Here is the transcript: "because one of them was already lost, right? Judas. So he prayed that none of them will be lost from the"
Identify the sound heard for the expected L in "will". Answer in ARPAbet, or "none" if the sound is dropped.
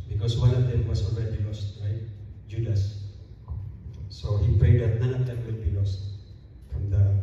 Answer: N